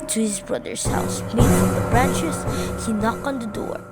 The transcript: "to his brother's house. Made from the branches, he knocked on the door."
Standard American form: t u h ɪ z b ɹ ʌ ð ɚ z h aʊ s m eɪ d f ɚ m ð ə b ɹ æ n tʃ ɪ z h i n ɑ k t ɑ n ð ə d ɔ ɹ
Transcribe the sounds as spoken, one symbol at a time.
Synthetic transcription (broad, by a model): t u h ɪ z b ɹ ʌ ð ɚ s h aʊ s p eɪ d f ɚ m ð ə b ɹ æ n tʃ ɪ s h i n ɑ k ɑ n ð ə d ɔ ɹ